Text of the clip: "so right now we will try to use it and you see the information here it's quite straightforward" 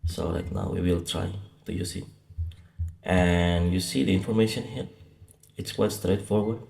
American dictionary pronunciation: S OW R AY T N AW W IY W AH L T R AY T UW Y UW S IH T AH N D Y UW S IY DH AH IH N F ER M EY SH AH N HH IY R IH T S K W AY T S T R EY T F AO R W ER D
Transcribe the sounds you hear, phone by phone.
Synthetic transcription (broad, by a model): S OW L AY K N AW W IY W AH L T R AY T UW Y UW S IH T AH N Y UW S IY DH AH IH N F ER M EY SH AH N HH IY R IH T S K W AY T S T R EY T F AO R W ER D